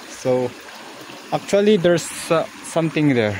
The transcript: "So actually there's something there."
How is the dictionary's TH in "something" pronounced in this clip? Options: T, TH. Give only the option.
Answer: T